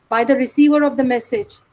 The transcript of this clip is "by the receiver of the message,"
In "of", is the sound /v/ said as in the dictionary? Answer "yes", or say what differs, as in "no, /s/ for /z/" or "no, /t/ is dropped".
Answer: yes